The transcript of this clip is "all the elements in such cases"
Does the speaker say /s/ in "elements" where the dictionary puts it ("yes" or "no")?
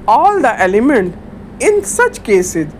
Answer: no